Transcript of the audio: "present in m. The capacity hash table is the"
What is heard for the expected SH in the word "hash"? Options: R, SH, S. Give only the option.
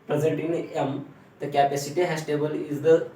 S